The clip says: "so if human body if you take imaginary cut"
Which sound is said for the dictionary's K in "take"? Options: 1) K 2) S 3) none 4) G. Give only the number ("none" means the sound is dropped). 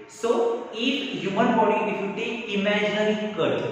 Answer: 3